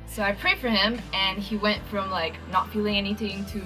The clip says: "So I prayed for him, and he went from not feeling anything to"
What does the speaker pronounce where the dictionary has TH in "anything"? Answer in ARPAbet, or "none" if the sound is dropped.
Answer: TH